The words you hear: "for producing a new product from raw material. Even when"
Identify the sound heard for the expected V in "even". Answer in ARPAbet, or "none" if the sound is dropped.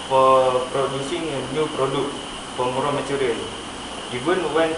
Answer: B